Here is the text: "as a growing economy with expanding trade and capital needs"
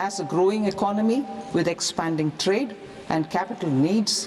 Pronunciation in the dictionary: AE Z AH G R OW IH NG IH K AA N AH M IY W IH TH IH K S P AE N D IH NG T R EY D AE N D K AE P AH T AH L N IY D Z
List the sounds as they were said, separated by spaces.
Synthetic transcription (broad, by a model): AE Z AH G R OW IH NG IH K AA N AH M IY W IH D IH K S P AE N D IH NG T R EY D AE N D K AE P AH T AH L N IY D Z